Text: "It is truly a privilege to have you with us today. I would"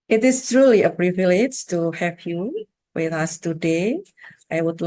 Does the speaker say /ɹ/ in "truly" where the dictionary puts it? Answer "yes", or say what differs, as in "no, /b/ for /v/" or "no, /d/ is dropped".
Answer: yes